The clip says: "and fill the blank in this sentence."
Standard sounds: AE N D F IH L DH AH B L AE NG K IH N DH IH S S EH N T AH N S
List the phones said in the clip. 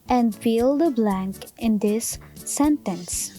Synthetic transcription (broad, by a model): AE N D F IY L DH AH B L AE NG K IH N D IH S S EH N T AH N S